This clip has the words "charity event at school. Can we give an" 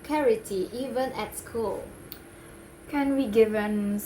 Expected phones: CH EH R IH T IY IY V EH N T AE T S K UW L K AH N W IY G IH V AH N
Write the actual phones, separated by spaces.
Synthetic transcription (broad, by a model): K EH R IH T IY IY V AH N EH T S K UW L K AH N W IY G IH V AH N